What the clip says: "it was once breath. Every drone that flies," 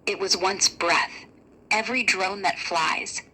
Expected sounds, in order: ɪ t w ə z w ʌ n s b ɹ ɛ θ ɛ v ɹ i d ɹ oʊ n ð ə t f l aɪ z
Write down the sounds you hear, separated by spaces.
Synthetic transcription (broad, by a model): ɪ t w ə z w ʌ n s b ɹ ɛ θ ɛ v ɹ i d ɹ oʊ n ð ə t f l aɪ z